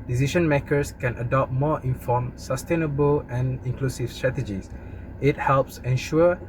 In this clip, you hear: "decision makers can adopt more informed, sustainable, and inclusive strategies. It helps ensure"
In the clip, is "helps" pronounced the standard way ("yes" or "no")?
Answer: yes